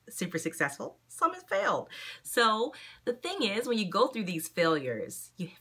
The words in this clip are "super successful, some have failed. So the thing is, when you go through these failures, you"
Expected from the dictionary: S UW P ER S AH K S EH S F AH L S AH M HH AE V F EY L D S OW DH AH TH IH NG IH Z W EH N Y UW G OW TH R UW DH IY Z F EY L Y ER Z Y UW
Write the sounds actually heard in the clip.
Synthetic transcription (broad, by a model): S UW P ER S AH K S EH S F L S AH M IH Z F EY L D S OW DH AH TH IH NG IH Z W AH N Y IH G OW TH R UW DH IY Z F EY L Y ER Z Y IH